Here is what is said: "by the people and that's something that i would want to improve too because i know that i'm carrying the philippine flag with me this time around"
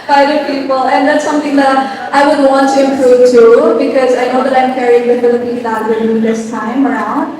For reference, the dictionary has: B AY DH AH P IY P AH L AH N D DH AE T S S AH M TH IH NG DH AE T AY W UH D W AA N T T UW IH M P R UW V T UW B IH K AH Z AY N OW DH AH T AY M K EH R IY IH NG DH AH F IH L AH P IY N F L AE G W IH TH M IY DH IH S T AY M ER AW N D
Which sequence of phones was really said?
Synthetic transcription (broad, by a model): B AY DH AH P IY P AH L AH N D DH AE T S S AH M T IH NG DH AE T AY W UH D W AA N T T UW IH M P R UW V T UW B IH K AH Z AY N OW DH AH T AY M K EH R IY IH NG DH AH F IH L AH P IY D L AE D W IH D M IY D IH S T AY M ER AW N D